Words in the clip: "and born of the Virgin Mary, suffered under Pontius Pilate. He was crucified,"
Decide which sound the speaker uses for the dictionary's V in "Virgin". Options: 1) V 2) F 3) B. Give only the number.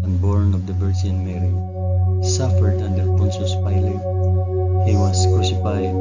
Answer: 3